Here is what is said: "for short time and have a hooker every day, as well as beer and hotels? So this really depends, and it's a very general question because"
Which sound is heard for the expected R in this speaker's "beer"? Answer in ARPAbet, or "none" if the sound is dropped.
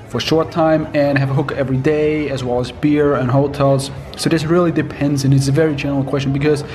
R